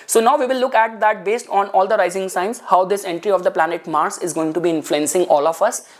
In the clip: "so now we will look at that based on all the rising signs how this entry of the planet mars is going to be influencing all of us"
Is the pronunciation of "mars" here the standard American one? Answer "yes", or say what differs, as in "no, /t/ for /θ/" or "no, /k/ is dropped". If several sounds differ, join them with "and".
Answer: no, /s/ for /z/